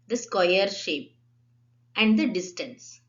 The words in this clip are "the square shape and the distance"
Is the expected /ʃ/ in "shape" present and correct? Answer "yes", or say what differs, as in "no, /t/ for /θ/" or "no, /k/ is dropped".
yes